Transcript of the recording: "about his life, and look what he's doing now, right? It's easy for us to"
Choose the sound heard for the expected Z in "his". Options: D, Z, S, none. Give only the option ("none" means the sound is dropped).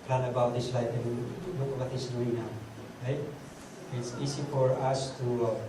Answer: S